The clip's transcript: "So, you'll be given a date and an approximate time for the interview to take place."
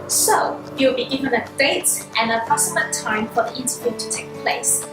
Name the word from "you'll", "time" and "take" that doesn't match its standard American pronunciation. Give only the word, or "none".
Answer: you'll